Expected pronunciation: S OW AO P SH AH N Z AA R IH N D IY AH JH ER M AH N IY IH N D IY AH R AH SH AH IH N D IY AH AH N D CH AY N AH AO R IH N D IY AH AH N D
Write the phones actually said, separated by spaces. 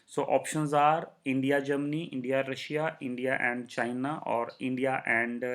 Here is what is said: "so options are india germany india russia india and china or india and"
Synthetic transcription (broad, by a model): S OW AO P SH AH N Z AA R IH N D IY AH JH ER M AH N IY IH N D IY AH R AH SH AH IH N D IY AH AH N D CH AY N AH AO R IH N D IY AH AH N D